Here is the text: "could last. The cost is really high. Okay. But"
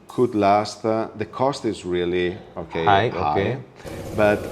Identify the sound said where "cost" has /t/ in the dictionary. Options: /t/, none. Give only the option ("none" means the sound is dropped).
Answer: /t/